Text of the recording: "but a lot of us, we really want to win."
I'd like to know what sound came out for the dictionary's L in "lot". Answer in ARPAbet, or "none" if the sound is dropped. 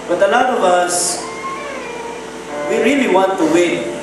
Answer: N